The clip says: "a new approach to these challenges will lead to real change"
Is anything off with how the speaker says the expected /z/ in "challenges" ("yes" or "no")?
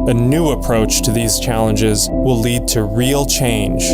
no